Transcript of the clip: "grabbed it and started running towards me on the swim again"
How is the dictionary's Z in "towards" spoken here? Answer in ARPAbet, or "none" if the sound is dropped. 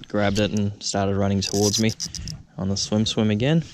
Z